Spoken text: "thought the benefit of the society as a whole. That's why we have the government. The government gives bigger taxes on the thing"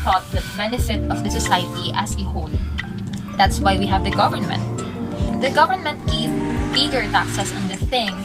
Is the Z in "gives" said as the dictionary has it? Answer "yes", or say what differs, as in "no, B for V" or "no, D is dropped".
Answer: no, Z is dropped